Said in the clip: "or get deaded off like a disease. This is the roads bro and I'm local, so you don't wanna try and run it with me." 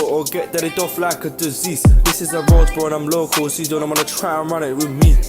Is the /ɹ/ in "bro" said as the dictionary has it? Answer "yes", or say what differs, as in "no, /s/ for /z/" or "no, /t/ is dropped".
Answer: no, /ɹ/ is dropped